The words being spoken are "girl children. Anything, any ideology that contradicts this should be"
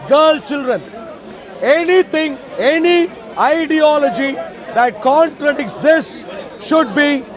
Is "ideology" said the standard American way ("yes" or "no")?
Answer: yes